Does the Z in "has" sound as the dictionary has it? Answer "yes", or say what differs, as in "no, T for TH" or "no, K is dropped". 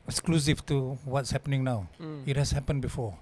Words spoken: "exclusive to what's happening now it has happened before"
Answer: no, S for Z